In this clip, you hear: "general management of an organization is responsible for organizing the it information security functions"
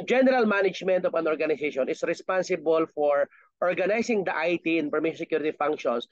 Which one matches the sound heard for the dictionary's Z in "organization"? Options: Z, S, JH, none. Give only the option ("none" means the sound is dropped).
S